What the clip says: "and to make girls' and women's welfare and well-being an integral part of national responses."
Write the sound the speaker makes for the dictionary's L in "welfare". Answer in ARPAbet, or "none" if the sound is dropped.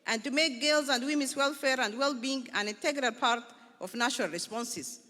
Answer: L